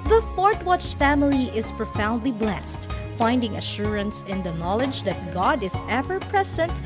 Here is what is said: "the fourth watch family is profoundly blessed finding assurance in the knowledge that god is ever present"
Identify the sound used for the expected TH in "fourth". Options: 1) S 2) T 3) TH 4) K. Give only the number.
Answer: 2